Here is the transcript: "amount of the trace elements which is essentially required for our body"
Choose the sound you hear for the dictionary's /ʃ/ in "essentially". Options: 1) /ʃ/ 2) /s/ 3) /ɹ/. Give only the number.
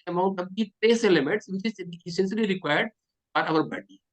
2